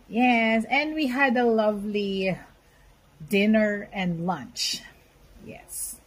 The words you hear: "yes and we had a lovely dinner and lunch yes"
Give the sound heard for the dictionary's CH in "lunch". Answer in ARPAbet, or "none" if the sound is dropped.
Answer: CH